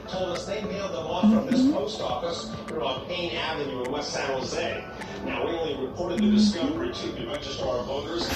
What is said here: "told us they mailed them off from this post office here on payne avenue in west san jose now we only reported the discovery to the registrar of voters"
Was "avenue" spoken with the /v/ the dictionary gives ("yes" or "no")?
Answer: yes